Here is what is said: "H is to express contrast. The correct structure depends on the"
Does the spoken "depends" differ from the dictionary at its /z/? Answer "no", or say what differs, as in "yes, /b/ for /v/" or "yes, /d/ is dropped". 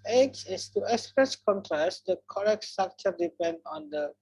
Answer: yes, /z/ is dropped